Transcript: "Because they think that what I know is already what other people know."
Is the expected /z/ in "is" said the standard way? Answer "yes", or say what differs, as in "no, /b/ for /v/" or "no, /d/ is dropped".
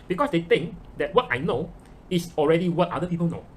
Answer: no, /s/ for /z/